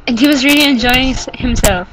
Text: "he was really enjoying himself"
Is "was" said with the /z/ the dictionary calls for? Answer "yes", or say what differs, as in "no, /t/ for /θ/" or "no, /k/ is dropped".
yes